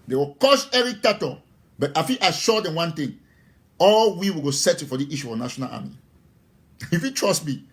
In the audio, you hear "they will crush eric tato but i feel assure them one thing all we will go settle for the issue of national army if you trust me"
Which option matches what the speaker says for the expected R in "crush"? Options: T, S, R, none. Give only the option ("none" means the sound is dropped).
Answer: none